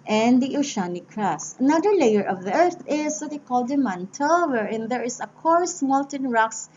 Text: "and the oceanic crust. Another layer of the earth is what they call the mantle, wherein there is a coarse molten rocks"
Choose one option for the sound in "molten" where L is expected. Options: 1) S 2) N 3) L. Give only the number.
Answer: 3